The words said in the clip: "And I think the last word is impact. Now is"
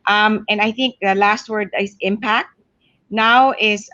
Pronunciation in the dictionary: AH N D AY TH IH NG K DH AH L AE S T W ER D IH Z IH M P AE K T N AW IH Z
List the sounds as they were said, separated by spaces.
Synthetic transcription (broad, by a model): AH N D AY TH IH NG K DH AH L AE S T W ER D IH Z IH M P AE K T N AW IH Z